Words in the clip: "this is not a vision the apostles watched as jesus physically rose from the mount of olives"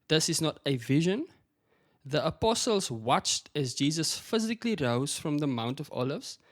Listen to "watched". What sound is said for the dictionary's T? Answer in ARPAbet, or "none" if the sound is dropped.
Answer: T